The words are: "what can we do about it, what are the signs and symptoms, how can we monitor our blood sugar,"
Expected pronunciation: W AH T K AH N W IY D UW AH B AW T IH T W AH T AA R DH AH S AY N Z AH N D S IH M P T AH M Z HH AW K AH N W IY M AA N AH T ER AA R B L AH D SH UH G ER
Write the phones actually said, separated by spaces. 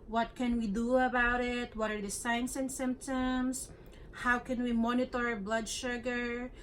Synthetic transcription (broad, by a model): W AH T K AH N W IY D UW AH B AW T IH T W AH T AA R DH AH S AY N S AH N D S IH M P T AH M S HH AW K AH N W IY M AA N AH T AA R B L AH D SH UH G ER